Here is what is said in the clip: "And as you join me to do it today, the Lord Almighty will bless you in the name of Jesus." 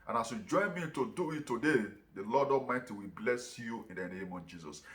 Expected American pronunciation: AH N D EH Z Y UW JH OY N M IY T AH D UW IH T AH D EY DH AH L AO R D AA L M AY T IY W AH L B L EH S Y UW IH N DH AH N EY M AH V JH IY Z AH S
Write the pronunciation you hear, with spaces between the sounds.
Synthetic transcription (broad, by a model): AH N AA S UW JH OY N M IY T AH D UW IH T AH D EY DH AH L AO D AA M AY T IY W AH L B L EH S Y UW IH N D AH N EY M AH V JH IY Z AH S